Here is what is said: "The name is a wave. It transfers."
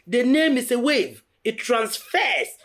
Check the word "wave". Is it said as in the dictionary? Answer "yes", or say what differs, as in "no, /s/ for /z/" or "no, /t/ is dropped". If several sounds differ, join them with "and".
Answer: yes